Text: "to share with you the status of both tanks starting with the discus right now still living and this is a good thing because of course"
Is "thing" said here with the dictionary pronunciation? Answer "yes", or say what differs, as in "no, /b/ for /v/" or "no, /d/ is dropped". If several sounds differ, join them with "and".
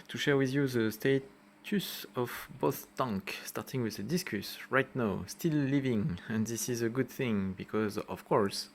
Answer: yes